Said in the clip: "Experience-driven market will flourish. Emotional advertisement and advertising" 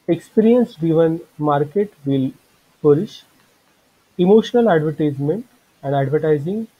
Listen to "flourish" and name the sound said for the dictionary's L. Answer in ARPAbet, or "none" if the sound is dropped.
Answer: none